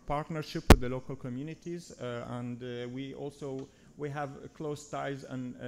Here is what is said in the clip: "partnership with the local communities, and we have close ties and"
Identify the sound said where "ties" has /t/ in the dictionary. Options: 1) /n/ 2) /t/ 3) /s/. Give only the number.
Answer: 2